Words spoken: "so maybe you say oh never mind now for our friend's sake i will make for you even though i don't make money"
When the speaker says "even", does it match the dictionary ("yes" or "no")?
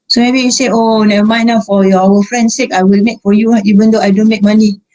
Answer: no